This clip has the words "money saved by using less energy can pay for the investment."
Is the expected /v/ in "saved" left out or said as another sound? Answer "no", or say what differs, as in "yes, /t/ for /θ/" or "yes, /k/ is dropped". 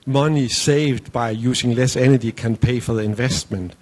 no